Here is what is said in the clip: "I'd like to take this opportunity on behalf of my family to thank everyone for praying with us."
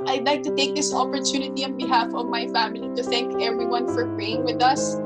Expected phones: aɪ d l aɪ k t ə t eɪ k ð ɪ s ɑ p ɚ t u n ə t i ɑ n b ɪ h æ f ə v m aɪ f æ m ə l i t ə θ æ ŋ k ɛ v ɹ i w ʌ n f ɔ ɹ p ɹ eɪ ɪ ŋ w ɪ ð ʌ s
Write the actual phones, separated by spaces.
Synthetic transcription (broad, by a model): aɪ d l aɪ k t ə t eɪ k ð ɪ s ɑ p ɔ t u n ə t i ɑ n b ɪ h æ f ə v m aɪ f æ m ə l i t ə θ æ ŋ k ɛ v ɹ i w ʌ n f ɔ ɹ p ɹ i ɪ ŋ w ɪ ð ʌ s